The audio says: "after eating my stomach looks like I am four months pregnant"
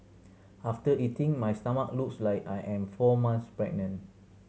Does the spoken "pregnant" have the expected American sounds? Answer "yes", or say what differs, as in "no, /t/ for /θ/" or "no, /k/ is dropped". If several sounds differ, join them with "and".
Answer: no, /t/ is dropped